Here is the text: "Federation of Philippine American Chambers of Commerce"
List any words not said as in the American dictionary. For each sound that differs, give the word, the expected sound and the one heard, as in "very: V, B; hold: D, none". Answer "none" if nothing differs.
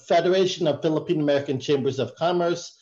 none